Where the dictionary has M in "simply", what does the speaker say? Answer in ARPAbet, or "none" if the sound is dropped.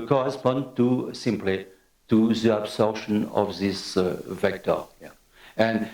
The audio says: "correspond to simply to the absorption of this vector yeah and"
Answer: M